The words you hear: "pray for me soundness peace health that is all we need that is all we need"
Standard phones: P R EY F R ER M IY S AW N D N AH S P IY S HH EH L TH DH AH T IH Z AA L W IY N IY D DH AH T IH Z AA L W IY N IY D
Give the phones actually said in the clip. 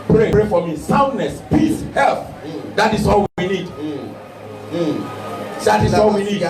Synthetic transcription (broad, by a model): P R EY P R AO M IY S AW N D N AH S P IY S HH EH L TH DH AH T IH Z AA L W IY N IY D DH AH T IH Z AA L W IY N IY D